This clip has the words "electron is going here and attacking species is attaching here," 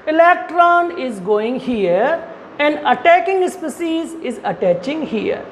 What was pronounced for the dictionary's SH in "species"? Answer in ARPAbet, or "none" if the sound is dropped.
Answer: S